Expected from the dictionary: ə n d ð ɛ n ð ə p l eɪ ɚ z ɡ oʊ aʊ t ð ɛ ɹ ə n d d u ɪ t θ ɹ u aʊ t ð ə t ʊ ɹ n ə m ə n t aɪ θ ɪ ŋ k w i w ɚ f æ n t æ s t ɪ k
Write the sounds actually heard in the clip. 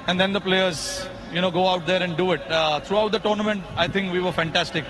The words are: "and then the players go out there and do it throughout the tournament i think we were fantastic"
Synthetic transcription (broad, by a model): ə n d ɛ n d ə p l eɪ ɚ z ɡ oʊ aʊ t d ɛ ɹ ə n d d u ɪ t t ɹ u aʊ t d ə t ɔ ɹ n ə m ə n t aɪ t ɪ ŋ k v i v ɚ f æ n t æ s t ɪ k